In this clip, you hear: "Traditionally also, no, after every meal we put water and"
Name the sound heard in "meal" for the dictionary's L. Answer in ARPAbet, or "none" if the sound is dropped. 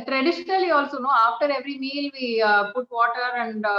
L